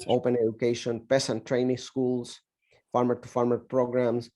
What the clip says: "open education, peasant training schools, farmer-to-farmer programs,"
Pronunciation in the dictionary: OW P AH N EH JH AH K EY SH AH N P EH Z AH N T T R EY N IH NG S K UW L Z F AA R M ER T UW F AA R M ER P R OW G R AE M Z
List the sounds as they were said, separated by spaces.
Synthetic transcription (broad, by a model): OW P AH N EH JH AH K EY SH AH N P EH S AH N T T R EY N IH NG S K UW L S F AA R M ER T UW F AA R M ER P R OW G R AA M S